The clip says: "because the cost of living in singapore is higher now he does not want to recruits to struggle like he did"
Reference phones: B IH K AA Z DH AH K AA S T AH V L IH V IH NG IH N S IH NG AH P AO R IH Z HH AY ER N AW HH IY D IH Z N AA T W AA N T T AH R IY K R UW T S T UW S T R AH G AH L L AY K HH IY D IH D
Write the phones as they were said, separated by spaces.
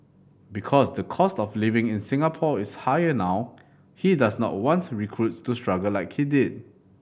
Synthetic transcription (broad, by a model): B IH K AA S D AH K AA S T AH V L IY V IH NG IH N S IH NG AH P AO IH S HH AY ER N AW HH IY D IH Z N AA T W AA N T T R IY K R UW T S T UW S T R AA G AH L L AY K HH IY D IH D